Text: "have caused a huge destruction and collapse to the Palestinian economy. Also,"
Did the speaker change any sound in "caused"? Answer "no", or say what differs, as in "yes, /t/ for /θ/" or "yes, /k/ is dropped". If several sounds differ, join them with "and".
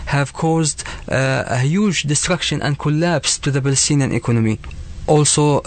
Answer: no